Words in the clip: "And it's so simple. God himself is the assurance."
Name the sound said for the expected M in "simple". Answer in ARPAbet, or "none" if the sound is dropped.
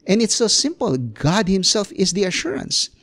M